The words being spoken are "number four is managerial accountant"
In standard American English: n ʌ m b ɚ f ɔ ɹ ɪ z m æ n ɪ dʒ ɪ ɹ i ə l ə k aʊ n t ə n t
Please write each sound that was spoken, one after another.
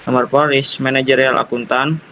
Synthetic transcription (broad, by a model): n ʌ m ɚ p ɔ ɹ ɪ s m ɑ n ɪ dʒ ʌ ɹ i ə l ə k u n t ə n